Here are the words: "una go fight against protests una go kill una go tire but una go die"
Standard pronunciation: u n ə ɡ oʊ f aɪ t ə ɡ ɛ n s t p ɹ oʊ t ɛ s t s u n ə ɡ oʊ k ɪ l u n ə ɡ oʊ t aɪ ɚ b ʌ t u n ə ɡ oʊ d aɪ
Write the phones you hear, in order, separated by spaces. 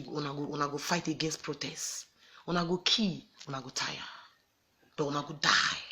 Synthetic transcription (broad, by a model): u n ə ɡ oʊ f aɪ t ə ɡ ɛ n s t p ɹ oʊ t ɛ s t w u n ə ɡ oʊ k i w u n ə ɡ oʊ t aɪ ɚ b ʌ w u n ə ɡ oʊ d aɪ